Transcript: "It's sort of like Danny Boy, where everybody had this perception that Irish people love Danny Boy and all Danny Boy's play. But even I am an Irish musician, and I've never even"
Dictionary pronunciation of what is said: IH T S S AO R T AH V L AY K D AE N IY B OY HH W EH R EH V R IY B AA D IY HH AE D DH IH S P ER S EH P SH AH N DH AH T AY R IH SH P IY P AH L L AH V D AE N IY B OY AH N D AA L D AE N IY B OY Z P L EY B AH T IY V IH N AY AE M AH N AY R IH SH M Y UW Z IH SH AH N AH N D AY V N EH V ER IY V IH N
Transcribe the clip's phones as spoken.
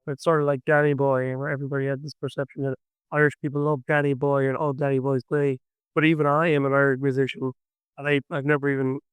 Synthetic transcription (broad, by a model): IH T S S AO R T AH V L AY K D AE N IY B OY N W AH R EH V R IY B AA D IY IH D DH IH S P ER S EH P SH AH N DH AH T AY R IH SH P IY P L L AH V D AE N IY B OY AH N AA L D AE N IY B OY Z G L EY B AH T IY V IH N AY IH M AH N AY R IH M Y UW Z IH SH AH N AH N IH AY V N EH V ER IY V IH N